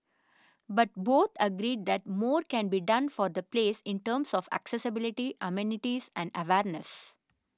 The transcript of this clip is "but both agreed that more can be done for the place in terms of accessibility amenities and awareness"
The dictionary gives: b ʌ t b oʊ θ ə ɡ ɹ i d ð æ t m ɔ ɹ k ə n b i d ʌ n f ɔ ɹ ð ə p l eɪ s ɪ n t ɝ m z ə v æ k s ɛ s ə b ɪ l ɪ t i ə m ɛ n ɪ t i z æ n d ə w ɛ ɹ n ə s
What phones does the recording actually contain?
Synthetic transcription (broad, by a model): b ʌ t b oʊ t ə ɡ ɹ i d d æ t m ɔ ɹ k ə n b i d ʌ n f ɔ ɹ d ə p l eɪ s ɪ n t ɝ m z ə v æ k s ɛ s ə b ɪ l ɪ t i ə m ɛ n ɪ t i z æ n d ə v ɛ ɹ n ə s